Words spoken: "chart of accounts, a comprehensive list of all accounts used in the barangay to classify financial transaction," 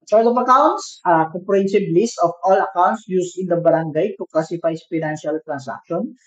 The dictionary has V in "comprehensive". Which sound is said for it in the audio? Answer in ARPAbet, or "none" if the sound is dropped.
B